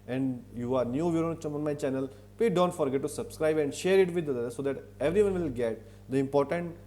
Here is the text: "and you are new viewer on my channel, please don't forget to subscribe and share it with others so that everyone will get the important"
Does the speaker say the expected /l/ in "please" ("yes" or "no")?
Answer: no